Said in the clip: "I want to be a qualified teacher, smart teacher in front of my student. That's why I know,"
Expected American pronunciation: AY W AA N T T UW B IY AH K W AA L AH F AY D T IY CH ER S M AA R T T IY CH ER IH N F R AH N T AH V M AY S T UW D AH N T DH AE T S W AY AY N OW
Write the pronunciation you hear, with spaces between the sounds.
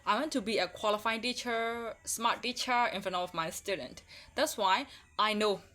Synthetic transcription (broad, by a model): AY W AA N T T UW B IY AH K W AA L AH F AY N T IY CH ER S M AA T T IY CH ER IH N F AH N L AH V M AY S T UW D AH N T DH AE T S W AY AY N OW